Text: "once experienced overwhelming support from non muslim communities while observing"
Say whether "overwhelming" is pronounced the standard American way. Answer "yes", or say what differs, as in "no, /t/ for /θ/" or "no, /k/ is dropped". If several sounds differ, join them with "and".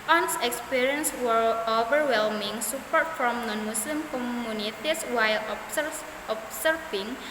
yes